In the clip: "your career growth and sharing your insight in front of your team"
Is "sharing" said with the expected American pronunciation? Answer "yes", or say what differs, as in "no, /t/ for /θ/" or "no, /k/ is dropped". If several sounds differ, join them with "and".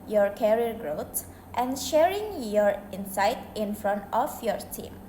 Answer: yes